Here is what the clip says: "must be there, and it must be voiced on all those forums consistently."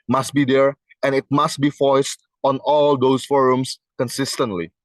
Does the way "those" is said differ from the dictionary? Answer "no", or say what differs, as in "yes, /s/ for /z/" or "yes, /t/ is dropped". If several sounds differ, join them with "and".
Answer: yes, /s/ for /z/